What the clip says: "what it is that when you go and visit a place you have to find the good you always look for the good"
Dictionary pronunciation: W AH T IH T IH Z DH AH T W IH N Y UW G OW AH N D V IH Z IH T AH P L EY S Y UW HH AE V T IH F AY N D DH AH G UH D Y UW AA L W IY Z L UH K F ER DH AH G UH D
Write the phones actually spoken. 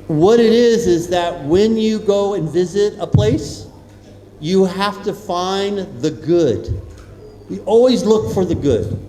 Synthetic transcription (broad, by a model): W AH T IH T IH Z DH AH T W IH N Y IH G OW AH N V IH Z IH T AH P L EY S Y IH HH AE F T IH F AY N DH AH G UH D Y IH AA L W IY Z L UH K F ER DH AH G UH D